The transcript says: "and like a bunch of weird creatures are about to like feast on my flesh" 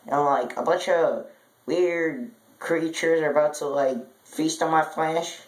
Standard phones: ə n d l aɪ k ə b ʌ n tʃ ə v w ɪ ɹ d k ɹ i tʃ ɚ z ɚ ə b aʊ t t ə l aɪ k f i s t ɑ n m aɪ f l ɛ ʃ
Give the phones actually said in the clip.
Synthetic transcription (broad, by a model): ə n l aɪ k ə b ʌ n tʃ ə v w ɪ ɹ d k ɹ i tʃ ɚ z ɚ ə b aʊ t t ə l aɪ k f i s t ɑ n m aɪ f l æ ʃ